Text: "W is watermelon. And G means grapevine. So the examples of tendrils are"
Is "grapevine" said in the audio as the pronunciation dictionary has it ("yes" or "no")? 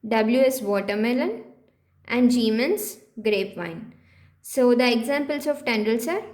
yes